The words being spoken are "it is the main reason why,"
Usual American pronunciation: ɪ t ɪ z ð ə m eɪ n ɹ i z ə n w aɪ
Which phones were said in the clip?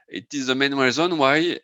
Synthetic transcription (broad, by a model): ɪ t ɪ z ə m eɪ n w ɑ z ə n w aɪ